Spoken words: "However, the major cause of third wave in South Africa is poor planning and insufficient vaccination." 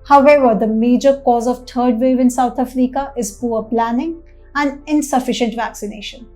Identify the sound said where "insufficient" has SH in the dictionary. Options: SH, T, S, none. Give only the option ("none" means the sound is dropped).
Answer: SH